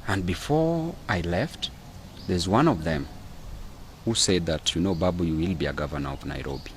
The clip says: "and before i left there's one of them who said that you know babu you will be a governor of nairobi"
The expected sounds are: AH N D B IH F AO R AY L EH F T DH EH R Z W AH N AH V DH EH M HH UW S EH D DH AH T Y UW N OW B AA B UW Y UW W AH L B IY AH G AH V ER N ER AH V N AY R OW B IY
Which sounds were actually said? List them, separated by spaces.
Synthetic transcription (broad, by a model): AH N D B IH F AO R AY L EH F T DH EH R Z W AH N AH V DH EH M HH UW S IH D DH AH T Y UW N OW B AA B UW Y UW W AH L B IY AH G AH V ER N ER AH V N AY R OW B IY